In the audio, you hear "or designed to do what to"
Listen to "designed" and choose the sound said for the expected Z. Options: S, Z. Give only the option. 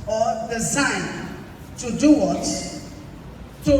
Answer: S